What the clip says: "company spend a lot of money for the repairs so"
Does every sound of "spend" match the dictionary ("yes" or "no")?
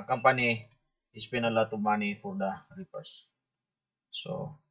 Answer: no